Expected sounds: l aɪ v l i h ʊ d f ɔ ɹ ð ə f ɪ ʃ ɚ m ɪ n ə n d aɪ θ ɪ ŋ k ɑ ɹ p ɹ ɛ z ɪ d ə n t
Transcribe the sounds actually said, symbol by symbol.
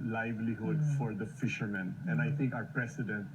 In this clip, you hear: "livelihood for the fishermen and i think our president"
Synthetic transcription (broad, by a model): l aɪ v l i h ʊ d f ɔ ɹ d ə f ɪ ʃ ɚ m ɪ n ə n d aɪ t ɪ ŋ k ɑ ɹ p ɹ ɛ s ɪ d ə n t